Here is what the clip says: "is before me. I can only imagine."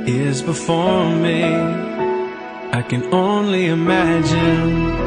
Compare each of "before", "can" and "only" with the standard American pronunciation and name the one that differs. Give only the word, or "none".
none